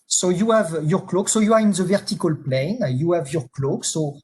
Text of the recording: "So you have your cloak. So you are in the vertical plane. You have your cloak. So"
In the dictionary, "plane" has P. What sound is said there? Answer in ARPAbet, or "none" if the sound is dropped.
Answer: P